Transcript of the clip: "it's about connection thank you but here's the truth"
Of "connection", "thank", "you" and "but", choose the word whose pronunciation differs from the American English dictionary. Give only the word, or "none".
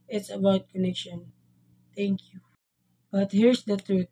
thank